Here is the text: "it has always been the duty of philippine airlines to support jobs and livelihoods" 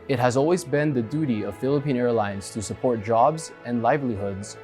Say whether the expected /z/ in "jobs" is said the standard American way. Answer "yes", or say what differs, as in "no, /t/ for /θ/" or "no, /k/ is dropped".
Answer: yes